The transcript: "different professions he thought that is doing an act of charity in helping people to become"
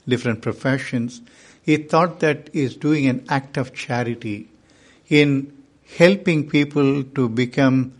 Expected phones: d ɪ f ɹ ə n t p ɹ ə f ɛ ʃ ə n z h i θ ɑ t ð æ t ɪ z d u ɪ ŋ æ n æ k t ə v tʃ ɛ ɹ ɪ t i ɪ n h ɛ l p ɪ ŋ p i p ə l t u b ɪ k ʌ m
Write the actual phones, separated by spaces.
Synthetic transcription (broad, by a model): d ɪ f ɹ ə n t p ɹ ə f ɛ ʃ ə n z h i t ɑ t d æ t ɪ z d u ɪ ŋ æ n æ k t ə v tʃ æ ɹ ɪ t i ɪ n h ɛ l p ɪ ŋ p i p ə l t u b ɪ k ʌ m